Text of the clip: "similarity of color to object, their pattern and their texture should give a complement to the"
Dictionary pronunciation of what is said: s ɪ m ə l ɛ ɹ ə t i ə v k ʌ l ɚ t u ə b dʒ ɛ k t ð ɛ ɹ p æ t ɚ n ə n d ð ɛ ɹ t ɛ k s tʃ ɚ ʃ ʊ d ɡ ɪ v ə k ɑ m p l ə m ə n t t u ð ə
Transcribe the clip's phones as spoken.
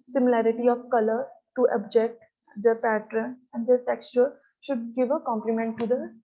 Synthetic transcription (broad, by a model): s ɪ m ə l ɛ ɹ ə t i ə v k ʌ l ɚ t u ə b dʒ ɛ k t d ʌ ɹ p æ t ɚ n ə n d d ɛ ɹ t ɛ k s tʃ ɚ ʃ ʊ d ɡ ɪ v ə k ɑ m p l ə m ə n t t u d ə